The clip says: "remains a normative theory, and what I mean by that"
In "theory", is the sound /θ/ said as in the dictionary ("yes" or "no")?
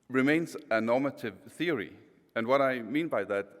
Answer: yes